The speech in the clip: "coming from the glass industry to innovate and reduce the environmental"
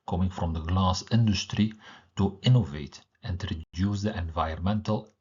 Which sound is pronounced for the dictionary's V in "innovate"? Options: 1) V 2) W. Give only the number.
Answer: 1